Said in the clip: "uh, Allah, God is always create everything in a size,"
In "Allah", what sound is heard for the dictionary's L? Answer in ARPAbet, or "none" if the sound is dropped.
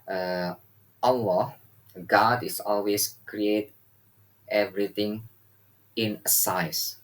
W